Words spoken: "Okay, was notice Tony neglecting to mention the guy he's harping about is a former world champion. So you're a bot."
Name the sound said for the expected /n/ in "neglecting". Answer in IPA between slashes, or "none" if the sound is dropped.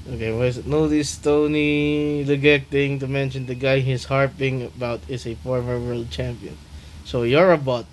/l/